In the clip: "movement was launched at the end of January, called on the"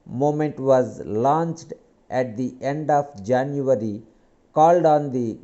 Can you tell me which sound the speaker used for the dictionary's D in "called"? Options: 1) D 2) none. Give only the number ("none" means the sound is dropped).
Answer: 1